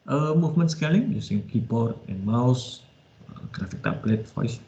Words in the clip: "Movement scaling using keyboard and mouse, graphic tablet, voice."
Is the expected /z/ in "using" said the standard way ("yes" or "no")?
no